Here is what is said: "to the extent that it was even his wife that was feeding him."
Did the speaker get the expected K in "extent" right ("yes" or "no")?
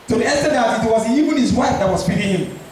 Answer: no